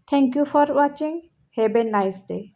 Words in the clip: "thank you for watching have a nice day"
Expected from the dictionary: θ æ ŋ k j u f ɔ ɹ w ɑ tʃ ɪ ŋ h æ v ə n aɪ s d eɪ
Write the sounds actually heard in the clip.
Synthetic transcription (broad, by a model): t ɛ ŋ k j u f ɔ ɹ w ɑ tʃ ɪ ŋ h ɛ b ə n aɪ s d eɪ